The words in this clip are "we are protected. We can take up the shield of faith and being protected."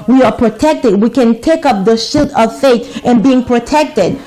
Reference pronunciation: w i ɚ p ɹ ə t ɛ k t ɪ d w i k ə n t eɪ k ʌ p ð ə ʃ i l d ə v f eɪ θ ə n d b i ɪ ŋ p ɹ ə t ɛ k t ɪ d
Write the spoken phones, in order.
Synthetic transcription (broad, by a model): w i ɚ p ɹ ə t ɛ k t ɪ d w i k ə n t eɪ k ʌ p ð ə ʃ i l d ə v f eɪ t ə n b i ɪ ŋ p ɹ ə t ɛ k t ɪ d